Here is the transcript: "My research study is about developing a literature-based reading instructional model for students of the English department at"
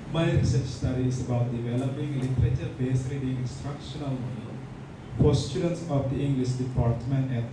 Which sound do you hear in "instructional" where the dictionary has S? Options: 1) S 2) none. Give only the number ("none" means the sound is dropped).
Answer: 1